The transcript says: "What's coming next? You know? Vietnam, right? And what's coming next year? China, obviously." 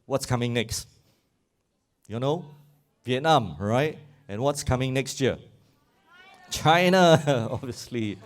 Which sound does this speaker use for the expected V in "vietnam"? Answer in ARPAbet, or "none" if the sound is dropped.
V